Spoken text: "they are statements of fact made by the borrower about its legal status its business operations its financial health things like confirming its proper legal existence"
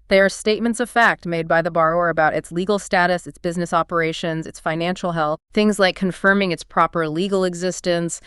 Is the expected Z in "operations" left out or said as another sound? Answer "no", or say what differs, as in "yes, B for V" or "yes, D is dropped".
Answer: no